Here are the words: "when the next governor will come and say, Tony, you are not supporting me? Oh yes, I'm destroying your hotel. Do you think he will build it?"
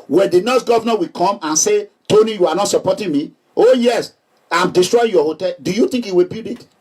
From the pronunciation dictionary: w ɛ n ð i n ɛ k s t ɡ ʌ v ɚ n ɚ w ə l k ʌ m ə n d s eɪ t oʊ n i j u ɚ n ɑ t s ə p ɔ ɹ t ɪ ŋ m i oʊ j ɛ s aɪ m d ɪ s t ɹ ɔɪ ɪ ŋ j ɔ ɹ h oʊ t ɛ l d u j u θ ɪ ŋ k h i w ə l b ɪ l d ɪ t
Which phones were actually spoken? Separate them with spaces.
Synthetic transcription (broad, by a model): w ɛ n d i n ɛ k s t ɡ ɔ v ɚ n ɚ w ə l k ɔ m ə n s eɪ t oʊ n i j u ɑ n ɑ t s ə p ɔ t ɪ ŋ m i oʊ j ɛ s aɪ m d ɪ s t ɹ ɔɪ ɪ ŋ j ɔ h oʊ t ɛ l d u j u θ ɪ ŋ k h i w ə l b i d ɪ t